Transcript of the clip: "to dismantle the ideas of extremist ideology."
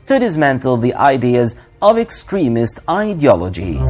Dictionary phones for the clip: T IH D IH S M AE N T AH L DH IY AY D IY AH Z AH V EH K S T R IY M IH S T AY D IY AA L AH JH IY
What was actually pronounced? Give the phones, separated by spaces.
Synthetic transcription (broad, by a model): T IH D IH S M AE N T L DH IY AY D IY AH Z AH V EH K S T R IY M IH S T AY D IY AA L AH JH IY